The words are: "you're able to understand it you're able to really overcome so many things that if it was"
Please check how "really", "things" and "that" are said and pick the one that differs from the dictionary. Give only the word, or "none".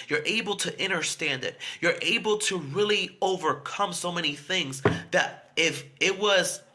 none